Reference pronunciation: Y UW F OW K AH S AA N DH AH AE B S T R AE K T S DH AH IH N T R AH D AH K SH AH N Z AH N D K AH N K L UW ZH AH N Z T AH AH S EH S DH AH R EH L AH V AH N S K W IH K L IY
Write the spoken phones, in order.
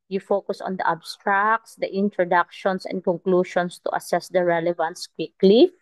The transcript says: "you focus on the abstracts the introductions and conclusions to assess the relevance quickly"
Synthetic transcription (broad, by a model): Y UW F OW K AH S AA N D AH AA B S T R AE K T S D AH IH N T R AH D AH K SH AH N S AH N D K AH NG K L UW SH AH N S T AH AH S EH S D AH R EH L AH V AH N S K W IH K L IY